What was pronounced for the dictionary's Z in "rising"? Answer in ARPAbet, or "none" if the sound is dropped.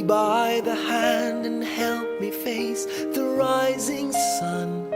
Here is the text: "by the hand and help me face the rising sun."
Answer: Z